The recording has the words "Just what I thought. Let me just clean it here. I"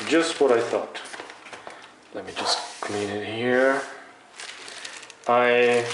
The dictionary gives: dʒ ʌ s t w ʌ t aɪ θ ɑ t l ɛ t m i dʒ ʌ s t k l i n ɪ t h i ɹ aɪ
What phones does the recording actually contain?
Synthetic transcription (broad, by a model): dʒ ʌ s t w ʌ t aɪ θ ɑ t l ɛ t m i dʒ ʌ s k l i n ɪ t h i ɹ aɪ